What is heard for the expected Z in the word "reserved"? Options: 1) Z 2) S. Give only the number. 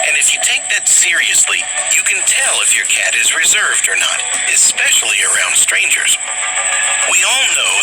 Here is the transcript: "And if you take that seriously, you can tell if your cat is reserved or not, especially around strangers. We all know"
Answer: 1